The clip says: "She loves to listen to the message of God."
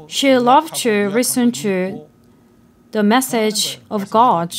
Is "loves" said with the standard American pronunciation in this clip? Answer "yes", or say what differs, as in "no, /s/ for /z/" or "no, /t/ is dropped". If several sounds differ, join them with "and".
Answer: no, /z/ is dropped